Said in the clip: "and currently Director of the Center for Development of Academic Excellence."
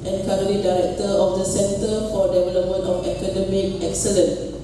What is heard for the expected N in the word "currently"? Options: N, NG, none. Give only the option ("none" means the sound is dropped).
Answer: none